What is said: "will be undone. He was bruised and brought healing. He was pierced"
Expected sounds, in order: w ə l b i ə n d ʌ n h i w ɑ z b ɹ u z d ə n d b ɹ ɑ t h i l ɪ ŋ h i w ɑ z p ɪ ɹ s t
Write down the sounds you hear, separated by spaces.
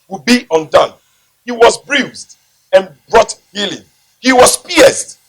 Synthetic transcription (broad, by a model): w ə b i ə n d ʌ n h i w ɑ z b ɹ u z d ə n b ɹ ɑ t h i l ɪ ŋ h i w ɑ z p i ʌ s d